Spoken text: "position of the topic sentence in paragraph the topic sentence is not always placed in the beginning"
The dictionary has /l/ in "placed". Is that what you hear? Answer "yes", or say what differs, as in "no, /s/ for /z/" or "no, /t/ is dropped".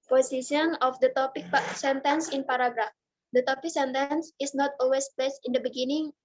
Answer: no, /l/ is dropped